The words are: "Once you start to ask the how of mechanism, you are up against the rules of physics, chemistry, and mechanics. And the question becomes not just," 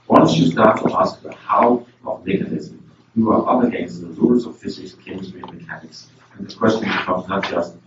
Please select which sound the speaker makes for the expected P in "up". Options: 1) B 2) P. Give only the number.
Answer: 1